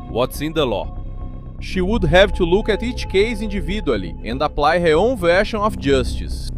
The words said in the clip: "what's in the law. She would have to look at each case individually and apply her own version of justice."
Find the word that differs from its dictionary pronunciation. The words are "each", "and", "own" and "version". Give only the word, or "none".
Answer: version